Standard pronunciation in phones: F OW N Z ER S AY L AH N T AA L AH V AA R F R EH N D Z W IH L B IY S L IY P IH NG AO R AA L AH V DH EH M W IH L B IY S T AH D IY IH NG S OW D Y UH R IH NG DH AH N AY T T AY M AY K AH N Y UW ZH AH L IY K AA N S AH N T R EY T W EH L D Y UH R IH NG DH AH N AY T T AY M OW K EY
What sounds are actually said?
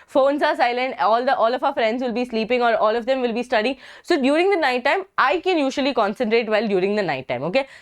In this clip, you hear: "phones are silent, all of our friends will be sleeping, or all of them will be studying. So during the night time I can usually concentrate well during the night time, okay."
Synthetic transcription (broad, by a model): F OW N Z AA S AY L AH N T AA L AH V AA L F R EH N D Z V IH L B IY S L IY P IH NG AO R AA L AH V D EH M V IH L B IY S T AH D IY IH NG S OW D Y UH R IH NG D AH N AY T T AY M AY K AH N Y UW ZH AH L IY K AA N S AH N T R EY T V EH L D Y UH R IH NG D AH N AY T T AY M OW K EY